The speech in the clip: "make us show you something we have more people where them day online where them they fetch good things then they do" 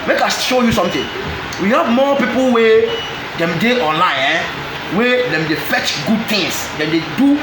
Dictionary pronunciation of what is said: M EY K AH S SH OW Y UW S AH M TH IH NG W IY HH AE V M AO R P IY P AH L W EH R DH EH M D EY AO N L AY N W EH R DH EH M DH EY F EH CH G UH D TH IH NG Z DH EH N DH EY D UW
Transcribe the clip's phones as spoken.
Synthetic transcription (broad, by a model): M EY K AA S SH OW Y UW S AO M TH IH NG W IY HH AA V M AO P IY P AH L W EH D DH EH M D EY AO N L AY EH W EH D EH M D EY F EH CH G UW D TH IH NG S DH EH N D EY D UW